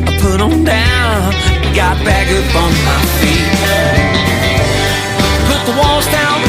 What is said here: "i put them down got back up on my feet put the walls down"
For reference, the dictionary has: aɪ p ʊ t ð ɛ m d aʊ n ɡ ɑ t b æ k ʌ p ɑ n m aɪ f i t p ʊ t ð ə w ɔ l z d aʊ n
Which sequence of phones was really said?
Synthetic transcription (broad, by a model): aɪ p ʊ t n d aʊ n ɡ ɑ t b æ k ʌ b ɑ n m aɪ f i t p ʊ t ð ə w ɔ l z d aʊ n